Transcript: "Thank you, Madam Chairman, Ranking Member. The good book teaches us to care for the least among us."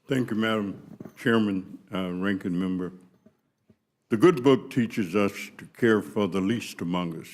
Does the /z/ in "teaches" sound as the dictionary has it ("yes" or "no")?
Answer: yes